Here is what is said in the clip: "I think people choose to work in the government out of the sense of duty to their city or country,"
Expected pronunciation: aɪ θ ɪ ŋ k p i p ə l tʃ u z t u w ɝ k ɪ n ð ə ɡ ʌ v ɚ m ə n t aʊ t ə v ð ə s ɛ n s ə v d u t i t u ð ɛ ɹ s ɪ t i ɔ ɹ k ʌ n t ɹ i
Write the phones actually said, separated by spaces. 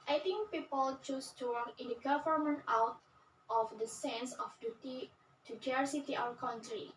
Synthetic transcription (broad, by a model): aɪ t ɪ ŋ k p i p ə l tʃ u s t u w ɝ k ɪ n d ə ɡ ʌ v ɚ m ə n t aʊ t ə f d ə s ɛ n s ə f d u t i t u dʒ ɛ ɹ s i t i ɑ w k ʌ n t ɹ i